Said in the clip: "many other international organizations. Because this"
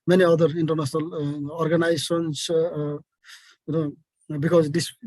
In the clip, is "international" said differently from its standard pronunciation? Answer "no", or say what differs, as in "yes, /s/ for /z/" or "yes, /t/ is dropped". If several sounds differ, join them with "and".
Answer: yes, /s/ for /ʃ/